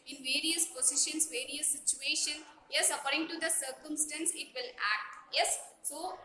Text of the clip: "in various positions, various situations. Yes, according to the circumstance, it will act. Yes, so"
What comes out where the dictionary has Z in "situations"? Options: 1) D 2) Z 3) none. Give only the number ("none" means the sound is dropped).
3